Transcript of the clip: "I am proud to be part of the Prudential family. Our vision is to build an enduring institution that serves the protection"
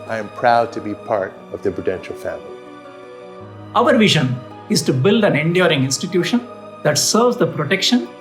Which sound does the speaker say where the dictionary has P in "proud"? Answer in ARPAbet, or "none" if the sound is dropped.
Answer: P